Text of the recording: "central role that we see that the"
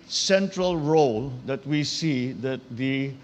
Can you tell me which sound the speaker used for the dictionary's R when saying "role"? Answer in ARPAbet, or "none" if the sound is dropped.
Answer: R